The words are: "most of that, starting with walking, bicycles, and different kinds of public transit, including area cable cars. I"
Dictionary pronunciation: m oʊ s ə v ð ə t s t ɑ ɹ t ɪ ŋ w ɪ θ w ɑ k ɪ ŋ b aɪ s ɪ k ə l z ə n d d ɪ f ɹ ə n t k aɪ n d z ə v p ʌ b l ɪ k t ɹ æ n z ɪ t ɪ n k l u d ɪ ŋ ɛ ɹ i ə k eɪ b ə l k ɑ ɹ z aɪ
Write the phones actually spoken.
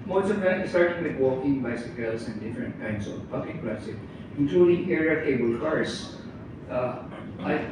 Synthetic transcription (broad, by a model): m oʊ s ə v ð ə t s t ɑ ɹ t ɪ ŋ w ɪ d w ɑ k ɪ ŋ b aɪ s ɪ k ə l s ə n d d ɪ f ɹ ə n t k aɪ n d s ə v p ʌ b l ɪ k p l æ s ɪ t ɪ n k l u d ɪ ŋ ɛ ɹ i ə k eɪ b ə l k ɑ ɹ s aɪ